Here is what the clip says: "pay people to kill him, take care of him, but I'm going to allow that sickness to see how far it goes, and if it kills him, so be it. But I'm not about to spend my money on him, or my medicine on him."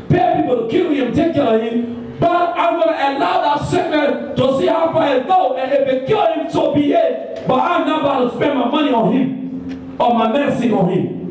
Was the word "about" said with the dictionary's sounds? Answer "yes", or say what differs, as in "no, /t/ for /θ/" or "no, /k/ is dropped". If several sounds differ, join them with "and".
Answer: no, /b/ is dropped